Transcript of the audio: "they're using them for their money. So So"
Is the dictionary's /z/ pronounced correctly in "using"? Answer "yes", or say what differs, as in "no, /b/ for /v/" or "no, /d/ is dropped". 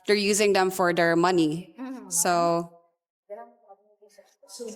yes